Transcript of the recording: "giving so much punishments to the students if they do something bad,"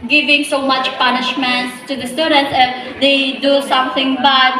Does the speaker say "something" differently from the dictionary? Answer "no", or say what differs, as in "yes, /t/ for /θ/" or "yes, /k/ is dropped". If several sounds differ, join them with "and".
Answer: yes, /t/ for /θ/